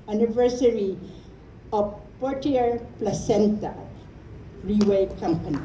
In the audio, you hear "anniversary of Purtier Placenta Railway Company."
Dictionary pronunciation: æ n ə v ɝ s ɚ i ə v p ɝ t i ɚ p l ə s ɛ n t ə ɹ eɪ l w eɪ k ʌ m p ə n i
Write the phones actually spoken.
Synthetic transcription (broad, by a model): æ n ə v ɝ s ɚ i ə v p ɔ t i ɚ p l ə s ɛ n t ə ɹ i w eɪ k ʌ m p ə n i